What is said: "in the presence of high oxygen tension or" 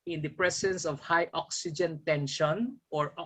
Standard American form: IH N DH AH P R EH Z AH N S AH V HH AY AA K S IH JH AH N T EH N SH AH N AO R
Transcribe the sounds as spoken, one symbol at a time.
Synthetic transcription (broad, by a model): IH N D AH P R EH S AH N S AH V HH AY AA K S IH JH AH N T EH N SH AH N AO R